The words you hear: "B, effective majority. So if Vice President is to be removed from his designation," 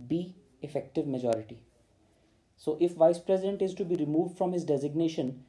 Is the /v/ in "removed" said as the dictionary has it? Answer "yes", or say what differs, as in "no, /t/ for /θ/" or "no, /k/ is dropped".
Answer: yes